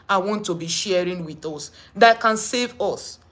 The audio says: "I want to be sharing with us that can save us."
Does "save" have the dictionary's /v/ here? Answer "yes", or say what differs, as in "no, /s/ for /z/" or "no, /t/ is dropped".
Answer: yes